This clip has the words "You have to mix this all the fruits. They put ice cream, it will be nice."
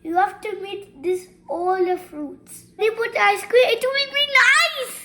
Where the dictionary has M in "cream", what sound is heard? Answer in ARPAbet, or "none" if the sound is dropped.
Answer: none